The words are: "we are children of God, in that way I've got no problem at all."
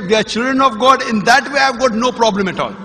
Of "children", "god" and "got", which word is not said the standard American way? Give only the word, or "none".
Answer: none